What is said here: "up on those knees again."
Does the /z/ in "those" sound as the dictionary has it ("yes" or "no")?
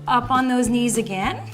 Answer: yes